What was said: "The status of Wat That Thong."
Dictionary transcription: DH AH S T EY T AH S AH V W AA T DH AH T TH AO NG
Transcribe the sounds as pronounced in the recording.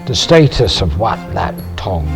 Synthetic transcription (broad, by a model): DH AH S T EY T AH S AH V W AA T DH AH T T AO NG